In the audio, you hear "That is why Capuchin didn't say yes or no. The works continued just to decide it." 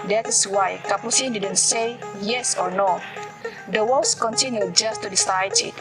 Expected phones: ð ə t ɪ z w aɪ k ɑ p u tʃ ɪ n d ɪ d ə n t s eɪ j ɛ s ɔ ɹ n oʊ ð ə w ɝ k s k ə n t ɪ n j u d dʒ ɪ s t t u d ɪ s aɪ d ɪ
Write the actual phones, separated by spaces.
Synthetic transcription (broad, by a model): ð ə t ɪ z w aɪ k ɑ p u s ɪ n d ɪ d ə n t s eɪ j ɛ s ɔ ɹ n oʊ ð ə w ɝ s k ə n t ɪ n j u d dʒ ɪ s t t u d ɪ s aɪ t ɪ